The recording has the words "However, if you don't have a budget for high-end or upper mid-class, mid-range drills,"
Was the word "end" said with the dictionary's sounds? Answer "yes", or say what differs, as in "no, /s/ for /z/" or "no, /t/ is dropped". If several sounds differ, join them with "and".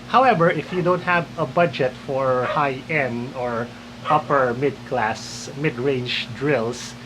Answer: no, /d/ is dropped